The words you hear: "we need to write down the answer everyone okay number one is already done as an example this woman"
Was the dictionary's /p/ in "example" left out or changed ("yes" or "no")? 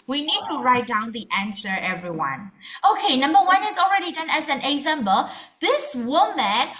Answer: yes